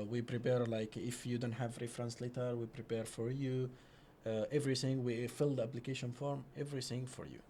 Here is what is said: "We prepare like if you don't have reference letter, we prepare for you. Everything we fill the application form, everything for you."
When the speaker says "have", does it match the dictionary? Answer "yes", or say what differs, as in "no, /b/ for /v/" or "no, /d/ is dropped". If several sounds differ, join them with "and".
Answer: yes